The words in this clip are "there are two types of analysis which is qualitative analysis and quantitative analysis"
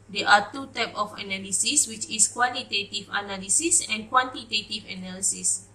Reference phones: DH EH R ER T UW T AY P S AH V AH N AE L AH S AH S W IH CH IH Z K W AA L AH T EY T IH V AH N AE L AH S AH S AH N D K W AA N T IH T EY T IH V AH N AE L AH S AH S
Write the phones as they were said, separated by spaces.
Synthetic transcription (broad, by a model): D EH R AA T UW T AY P AH F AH N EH L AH S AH S W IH CH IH S K W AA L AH T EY T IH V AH N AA L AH S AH S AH N K W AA N T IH T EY T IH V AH N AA L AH S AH S